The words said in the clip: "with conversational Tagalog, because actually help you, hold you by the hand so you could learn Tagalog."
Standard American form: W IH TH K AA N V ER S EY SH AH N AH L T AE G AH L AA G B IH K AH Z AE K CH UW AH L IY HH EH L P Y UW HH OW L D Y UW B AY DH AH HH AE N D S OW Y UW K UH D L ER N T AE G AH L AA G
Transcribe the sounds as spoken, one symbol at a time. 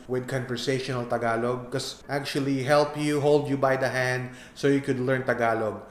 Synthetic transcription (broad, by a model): W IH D K AA N V ER S EY SH AH N AH L T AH G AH L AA G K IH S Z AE K CH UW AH L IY HH EH L P Y UW HH OW L D Y UW B AY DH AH HH AE N D S OW Y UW K UH D L ER N T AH G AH L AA G